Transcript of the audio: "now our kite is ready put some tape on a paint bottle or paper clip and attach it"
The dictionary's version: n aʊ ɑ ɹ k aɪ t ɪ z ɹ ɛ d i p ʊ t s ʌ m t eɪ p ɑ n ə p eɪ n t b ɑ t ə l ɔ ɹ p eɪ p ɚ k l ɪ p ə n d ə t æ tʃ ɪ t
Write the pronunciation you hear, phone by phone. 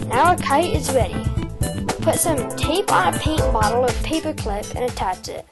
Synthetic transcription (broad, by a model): n aʊ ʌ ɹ k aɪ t ɪ z ɹ ɛ d i p ʊ t s ʌ m t eɪ p n ə p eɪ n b ɑ t l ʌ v p eɪ p ɚ k l ɪ p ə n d ə t æ tʃ ɪ t